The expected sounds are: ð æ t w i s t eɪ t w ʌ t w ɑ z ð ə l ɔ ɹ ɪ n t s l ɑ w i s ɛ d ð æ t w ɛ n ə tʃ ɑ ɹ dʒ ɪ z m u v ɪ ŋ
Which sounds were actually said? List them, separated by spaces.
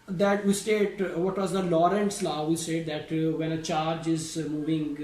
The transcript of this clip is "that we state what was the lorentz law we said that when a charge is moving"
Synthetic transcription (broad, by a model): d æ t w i s t eɪ t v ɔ t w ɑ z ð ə l ɔ ɹ ɪ n t s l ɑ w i s ɛ d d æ t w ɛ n ə tʃ ɑ ɹ dʒ ɪ z m u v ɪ ŋ